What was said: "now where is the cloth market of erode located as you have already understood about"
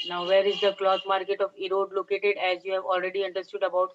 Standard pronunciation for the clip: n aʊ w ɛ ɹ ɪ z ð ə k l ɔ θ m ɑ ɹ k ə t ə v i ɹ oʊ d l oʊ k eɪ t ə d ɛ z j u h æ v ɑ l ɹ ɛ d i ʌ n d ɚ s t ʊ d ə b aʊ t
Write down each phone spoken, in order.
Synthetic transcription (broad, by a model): n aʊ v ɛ ɹ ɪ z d ə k l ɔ t m ɑ ɹ k ə t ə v i ɹ oʊ d l oʊ k eɪ t ə d ɛ z j u h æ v ɑ l ɹ ɛ d i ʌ n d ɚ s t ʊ d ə b aʊ t